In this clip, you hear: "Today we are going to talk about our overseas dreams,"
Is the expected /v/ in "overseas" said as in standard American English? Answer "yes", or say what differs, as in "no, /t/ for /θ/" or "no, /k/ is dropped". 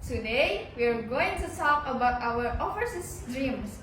no, /f/ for /v/